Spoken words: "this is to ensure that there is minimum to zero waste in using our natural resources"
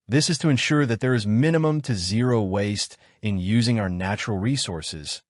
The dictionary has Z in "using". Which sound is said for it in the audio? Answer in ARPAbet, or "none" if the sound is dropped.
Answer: Z